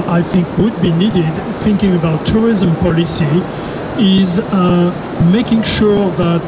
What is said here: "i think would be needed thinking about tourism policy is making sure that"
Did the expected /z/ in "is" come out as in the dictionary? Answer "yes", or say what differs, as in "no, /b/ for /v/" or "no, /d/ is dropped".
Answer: yes